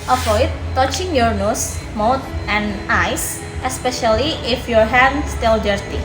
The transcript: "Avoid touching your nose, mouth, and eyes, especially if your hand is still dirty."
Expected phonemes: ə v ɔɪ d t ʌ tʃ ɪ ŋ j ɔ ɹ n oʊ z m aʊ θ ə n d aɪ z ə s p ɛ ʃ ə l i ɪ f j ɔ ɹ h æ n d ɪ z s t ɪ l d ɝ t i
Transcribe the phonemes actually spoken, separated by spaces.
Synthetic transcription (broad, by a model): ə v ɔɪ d t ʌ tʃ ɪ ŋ j ɔ ɹ n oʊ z m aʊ t ə n d aɪ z ə s p ɛ ʃ ə l i ɪ f j ɔ ɹ h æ d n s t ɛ l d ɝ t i